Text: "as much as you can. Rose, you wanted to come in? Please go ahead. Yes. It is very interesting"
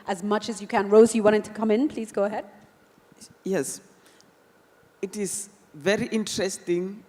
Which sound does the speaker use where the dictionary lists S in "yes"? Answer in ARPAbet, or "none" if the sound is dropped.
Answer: S